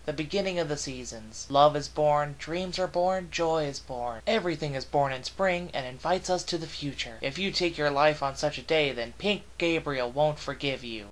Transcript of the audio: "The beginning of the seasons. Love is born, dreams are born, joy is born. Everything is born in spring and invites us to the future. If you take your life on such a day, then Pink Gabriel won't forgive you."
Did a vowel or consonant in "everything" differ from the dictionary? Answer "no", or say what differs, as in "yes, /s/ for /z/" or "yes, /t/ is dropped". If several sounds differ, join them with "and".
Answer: no